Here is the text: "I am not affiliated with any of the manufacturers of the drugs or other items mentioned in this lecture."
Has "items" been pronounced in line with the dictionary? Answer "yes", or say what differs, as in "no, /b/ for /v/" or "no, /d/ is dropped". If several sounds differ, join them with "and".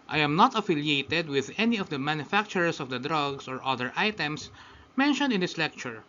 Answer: no, /s/ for /z/